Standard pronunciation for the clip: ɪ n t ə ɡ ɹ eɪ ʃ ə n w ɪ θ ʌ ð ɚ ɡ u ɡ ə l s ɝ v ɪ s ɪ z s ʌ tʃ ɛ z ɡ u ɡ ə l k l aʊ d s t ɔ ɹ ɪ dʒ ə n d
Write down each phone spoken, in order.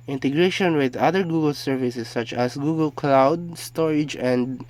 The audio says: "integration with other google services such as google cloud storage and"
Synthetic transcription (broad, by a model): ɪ n t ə ɡ ɹ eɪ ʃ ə n w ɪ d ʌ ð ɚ ɡ u ɡ ə l s ɝ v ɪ s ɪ s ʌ tʃ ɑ s ɡ u ɡ ə l k l aʊ d s t ɔ ɹ ɪ dʒ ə n d